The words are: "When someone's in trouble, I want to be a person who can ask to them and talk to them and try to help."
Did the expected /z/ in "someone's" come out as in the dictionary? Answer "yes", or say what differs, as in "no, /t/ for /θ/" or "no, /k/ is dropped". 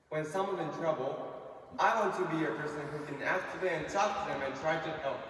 no, /z/ is dropped